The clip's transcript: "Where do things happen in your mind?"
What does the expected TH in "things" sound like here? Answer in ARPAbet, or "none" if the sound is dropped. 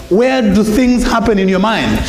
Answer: TH